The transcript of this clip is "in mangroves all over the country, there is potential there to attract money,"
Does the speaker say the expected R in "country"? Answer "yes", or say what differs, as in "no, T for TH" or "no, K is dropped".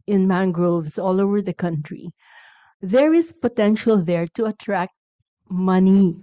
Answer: yes